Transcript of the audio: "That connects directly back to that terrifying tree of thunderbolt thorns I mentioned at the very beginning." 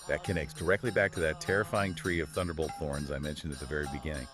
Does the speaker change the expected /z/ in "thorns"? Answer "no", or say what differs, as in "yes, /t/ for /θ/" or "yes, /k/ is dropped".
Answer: no